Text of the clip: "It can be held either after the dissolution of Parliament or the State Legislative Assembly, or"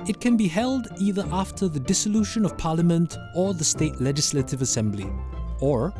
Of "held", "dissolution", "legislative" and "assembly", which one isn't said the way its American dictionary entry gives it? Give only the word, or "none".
none